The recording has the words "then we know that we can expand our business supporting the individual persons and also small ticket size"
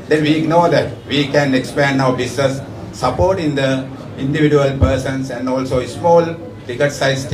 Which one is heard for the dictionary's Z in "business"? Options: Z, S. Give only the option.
S